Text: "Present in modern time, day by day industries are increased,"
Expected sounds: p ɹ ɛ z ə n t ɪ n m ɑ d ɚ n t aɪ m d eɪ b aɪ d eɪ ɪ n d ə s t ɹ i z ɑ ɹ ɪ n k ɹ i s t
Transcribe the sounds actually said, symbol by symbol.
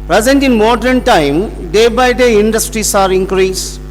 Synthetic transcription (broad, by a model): p ɹ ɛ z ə n t ɪ n m ɑ d ɚ n t aɪ m d eɪ b aɪ d eɪ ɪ n d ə s t ɹ i s ɑ ɹ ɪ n k ɹ i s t